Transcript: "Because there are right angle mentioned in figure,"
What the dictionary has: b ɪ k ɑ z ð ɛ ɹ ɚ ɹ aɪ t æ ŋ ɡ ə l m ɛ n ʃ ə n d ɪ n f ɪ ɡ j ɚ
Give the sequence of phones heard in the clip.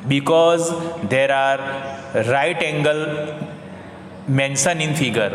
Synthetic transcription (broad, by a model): b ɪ k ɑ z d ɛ ɹ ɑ ɹ aɪ t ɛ ŋ ɡ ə l m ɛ n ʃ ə n ɪ n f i ɡ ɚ